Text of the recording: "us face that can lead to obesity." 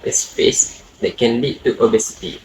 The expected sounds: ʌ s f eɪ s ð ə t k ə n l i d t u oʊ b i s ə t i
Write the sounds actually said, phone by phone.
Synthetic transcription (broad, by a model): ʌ s p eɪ s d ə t k ə n l i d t u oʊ b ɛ s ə t i